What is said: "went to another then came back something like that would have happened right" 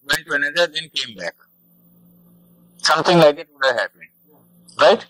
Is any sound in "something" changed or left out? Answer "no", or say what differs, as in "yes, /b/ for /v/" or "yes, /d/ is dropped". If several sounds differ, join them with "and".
yes, /t/ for /θ/